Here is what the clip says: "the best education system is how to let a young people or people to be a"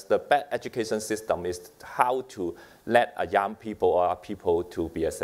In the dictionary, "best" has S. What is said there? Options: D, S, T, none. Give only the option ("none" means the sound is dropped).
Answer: none